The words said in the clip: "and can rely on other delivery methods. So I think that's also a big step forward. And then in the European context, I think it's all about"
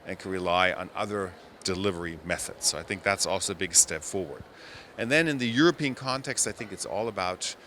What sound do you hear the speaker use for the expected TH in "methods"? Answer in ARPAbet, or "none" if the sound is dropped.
TH